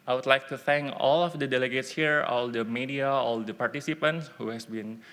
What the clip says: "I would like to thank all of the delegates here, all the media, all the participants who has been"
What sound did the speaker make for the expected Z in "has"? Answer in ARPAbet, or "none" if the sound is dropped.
S